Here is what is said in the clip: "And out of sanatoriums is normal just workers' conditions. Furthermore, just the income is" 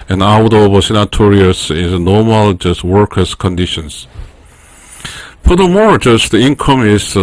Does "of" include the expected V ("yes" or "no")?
no